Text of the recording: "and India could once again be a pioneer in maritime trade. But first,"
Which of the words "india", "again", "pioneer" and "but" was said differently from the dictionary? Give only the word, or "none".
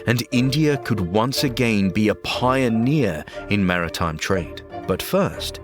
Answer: none